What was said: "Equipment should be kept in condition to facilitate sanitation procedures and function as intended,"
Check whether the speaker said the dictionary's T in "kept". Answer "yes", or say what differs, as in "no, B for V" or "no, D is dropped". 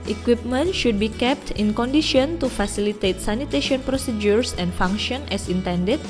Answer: yes